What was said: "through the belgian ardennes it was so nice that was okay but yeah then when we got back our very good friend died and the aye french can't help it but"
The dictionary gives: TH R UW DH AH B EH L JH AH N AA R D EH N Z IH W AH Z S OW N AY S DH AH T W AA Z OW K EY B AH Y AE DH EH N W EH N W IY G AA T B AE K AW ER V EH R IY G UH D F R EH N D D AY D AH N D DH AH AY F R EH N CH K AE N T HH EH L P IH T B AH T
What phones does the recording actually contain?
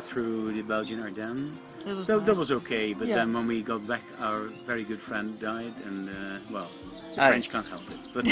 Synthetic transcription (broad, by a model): TH R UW DH AH B EH L JH AH N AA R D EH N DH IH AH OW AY DH AH T W AA Z OW K EY B AH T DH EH N W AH N W IY G AA T B AE K AW ER V EH R IY G UH D F R EH N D D AY D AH N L DH AH F R EH N CH K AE N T HH EH L P IH T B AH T